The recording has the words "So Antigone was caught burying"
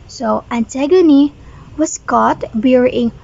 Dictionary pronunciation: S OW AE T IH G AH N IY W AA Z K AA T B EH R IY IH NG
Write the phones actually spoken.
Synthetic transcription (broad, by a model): S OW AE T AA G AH N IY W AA S K AA T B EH R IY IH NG